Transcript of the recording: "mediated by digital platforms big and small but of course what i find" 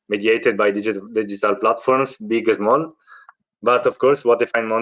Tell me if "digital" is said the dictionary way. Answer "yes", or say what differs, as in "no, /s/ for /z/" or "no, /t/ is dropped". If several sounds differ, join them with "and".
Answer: yes